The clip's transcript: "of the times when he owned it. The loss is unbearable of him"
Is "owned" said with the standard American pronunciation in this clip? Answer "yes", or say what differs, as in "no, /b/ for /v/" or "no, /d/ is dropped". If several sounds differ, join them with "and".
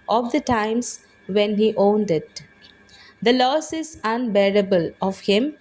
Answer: yes